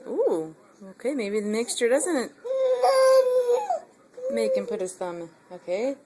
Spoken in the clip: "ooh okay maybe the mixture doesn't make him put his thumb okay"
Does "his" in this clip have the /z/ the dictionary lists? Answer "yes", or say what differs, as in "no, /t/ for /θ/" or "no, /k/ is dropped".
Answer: no, /s/ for /z/